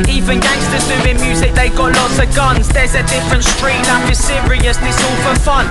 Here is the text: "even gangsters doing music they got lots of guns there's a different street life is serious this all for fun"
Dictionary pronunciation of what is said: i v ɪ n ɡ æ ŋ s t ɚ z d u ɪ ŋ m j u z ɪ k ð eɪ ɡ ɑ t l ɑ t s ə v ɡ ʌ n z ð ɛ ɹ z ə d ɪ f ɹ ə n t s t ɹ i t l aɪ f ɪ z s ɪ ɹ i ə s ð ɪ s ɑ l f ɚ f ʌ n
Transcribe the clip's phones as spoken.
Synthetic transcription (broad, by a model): i v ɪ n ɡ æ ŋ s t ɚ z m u ɪ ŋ m j u z ɪ k ð eɪ ɡ ɑ t l ɑ t s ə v ɡ ʌ n z ð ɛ z ə d ɪ f ɹ ə n t s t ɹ i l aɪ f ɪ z s ɪ ɹ i ə s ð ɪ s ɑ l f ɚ f ʌ n